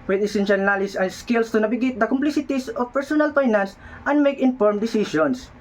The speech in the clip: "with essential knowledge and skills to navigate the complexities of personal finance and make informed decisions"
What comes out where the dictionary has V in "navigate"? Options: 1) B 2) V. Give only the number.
1